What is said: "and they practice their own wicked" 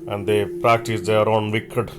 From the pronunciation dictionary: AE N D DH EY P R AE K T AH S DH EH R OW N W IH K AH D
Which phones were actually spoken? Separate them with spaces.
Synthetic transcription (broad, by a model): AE N D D EY P R AE K T AH S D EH R OW N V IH K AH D